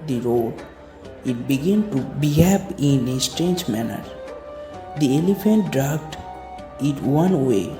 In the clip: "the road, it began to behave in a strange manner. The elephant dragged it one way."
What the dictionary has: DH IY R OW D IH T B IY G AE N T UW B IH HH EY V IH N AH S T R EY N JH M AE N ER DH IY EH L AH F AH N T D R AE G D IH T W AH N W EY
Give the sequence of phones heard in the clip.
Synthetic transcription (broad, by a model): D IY R OW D IH T B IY G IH N T UW B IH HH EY P IH N AH S T R EY N JH M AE N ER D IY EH L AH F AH N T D R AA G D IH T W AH N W EY